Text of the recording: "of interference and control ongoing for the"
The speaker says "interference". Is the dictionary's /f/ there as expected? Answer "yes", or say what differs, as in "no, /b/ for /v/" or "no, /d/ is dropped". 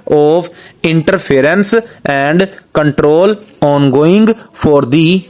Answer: no, /p/ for /f/